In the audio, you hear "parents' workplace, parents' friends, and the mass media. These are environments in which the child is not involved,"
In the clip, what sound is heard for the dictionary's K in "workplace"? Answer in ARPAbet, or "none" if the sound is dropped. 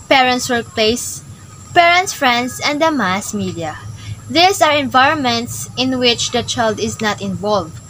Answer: K